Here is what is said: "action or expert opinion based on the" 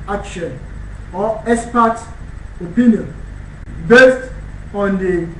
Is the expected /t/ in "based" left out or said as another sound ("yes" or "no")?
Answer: no